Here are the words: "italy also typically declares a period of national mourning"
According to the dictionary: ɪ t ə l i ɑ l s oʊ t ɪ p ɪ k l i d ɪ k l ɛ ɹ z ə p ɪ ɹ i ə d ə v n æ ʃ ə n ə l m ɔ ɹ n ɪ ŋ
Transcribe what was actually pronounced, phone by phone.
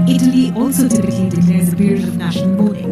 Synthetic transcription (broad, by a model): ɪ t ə l i ɑ l s oʊ t ɪ p ɪ k l i d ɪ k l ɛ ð ə p ɪ ɹ i ə d ə v n æ ʃ ə n ə l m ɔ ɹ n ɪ ŋ